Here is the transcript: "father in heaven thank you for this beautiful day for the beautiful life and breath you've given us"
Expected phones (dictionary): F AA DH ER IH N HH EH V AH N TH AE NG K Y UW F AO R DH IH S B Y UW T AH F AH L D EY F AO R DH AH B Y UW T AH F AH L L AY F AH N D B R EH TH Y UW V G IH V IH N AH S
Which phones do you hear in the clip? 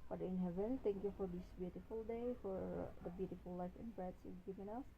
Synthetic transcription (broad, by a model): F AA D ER IH N HH EH V AH N T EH NG K Y UW F AO R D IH S B Y UW T AH F AH L D EY F AO R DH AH B Y UW T AH F AH L L AY F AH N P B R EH S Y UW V G IH V IH N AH S